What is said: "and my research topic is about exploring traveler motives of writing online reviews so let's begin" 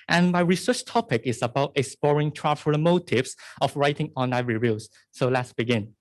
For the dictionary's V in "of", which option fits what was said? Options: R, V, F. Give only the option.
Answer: F